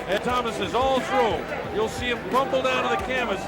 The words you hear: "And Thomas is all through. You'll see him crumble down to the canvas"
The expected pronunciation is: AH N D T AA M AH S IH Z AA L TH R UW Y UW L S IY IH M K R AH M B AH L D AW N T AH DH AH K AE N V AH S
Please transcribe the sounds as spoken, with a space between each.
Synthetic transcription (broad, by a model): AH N T AA M AH S IH Z AA L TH R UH Y UW L S IY IH M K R AH M B L D AW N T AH DH AH K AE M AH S